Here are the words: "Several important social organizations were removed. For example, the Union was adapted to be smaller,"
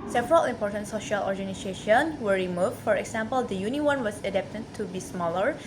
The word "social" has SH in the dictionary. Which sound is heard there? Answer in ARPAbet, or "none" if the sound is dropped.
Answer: SH